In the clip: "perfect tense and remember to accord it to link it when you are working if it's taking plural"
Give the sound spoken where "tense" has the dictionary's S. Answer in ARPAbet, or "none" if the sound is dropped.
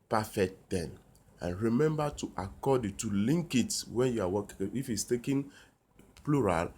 none